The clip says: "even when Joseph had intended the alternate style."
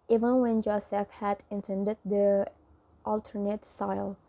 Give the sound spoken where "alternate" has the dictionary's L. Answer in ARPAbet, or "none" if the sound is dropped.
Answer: L